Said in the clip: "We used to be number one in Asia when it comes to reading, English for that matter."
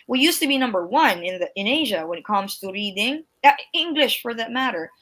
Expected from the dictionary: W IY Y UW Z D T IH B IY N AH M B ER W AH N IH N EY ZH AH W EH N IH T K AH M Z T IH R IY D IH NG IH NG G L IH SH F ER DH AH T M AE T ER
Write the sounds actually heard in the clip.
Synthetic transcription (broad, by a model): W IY Y UW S T IH B IY N AH M B ER W AH N IH N EY ZH AH W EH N IH T K AH M Z T IH R IY D IH NG IH NG G L IH SH F ER DH AH T M AE T ER